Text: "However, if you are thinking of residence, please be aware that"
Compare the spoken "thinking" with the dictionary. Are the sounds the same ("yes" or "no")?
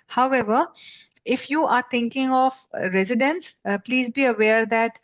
no